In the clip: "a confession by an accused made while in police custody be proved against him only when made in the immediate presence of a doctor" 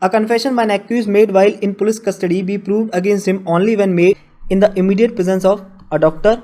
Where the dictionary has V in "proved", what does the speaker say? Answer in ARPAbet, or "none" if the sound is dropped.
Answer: V